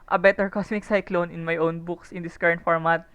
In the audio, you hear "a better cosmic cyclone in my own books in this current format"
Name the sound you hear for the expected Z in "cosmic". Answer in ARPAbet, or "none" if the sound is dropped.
S